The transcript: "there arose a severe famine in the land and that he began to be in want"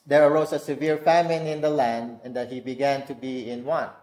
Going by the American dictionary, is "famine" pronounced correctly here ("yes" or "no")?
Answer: yes